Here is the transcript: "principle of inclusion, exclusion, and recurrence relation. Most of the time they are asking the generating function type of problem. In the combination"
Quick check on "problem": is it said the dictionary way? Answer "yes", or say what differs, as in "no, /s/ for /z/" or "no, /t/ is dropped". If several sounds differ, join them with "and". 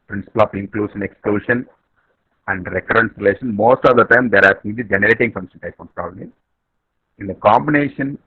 no, /m/ is dropped